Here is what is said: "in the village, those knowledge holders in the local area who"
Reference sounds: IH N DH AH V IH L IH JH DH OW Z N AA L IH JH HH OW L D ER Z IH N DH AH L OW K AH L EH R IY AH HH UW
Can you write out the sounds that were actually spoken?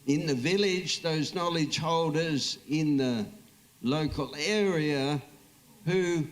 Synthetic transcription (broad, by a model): IH N DH AH V IH L IH JH DH OW Z N AA L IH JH HH OW L D ER Z IH N DH AH L OW K AH L EH R IY AH HH UW